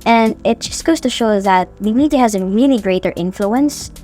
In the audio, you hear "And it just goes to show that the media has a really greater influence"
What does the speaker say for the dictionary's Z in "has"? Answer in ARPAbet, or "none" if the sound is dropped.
Z